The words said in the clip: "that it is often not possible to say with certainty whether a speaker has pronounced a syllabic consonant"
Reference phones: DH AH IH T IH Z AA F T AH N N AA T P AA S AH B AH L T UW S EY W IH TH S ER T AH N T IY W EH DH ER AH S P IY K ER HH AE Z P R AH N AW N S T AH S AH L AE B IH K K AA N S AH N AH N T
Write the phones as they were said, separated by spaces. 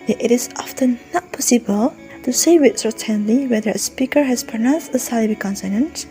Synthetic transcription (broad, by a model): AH IH T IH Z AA F T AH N N AA T P AA S AH B AH L T UW S EY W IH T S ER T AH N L IY W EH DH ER AH S P IY K ER HH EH S P AH N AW N S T AH S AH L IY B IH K K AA N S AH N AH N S